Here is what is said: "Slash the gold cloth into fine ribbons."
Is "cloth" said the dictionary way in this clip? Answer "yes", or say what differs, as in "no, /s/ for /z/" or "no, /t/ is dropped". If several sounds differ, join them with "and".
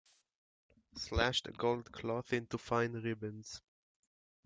yes